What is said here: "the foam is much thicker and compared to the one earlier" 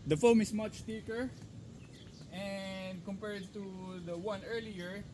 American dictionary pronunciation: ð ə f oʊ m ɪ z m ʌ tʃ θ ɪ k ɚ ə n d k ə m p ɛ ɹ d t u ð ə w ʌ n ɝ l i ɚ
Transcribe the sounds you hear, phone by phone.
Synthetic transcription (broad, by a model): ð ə f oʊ m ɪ s m ʌ tʃ t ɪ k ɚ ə n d k ə m p ɛ ɹ d t u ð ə w ʌ n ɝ l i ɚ